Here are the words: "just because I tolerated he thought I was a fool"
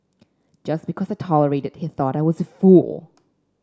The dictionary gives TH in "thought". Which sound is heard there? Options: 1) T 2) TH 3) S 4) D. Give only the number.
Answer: 2